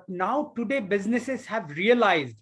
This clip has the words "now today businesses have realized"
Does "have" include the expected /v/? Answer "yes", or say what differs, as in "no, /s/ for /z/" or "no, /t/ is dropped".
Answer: yes